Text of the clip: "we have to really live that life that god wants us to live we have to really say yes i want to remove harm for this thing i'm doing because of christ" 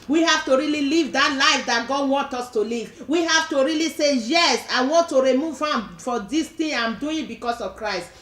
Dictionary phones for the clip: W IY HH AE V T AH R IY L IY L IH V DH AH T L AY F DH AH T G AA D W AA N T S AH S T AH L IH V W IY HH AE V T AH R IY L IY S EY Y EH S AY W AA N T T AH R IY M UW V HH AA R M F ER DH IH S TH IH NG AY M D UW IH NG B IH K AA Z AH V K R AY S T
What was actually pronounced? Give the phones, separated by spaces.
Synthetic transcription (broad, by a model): W IY HH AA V T AH R IY L IY L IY V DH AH T L AY F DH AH T G AA D W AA N T AH S T AH L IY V W IY HH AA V T AH R IY L IY S EY Y EH S AY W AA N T T AH R IY M UW V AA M F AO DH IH S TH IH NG AY M D UW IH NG B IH K AA S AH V K R AY S T